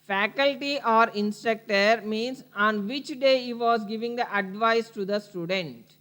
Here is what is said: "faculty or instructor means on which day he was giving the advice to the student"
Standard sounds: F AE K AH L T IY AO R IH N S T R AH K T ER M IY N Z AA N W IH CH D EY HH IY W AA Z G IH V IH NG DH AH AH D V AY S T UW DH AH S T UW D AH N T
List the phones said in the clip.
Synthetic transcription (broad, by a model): F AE K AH L T IY AO R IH N S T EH K T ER M IY N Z AA N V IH CH D EY HH IY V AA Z G IH V IH NG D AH AH D V AY S T UW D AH S T UW D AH N T